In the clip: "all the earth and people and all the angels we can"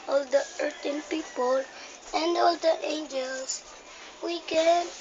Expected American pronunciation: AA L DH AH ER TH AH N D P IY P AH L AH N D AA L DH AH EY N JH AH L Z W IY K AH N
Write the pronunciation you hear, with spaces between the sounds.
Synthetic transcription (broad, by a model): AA L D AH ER T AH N P IY P AH L AH N D AA L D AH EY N JH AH L S W IY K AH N